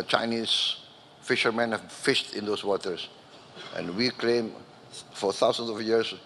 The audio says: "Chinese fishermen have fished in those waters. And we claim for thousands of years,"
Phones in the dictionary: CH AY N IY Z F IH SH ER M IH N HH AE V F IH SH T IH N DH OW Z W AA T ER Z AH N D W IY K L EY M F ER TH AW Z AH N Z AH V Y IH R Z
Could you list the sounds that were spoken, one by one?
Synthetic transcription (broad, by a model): CH AY N IY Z F IH SH ER M IH N HH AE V F IH SH T IH N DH OW S W AA T ER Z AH N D W IY K L EY M F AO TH AW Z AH N S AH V Y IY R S